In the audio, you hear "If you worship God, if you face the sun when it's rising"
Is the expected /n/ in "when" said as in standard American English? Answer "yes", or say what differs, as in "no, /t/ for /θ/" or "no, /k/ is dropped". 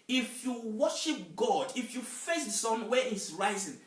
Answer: no, /n/ is dropped